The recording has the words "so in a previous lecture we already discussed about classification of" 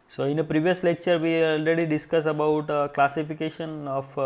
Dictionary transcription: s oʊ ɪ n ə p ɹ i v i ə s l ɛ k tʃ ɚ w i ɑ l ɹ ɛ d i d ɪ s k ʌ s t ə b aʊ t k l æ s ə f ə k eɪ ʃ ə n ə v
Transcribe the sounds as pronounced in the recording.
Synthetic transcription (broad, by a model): s oʊ ɪ n ə p ɹ i v i ə s l ɛ k tʃ ɚ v i ɑ l ɹ ɛ d i d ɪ s k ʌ s ə b aʊ t k l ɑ s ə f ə k eɪ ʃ ə n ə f